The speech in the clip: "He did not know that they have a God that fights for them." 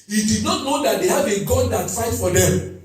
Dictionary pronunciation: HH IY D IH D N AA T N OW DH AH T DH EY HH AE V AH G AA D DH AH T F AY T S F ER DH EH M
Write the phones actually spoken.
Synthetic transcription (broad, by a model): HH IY D IH D N AA T N OW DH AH T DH EY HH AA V AH G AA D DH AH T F AY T F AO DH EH M